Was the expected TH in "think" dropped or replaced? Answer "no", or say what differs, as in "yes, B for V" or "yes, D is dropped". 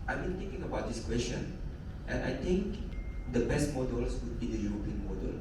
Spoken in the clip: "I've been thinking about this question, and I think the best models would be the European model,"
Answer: yes, T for TH